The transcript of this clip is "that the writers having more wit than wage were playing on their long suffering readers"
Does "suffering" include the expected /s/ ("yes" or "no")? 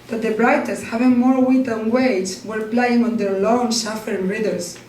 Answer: no